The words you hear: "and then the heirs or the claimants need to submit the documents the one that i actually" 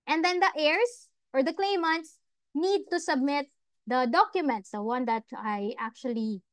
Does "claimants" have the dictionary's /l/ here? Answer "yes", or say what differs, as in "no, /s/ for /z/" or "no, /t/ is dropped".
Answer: yes